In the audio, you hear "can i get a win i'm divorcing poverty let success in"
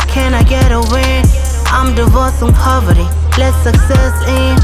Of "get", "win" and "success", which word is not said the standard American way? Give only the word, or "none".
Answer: win